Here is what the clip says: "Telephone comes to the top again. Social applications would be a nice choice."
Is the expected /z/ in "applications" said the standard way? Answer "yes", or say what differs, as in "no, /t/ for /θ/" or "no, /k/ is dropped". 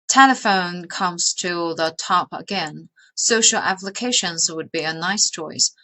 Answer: yes